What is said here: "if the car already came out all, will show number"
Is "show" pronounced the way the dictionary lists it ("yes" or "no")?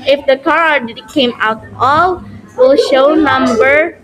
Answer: yes